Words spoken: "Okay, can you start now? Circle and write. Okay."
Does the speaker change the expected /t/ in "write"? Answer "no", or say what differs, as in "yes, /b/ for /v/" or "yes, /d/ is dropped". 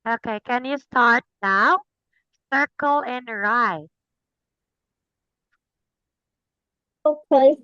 yes, /t/ is dropped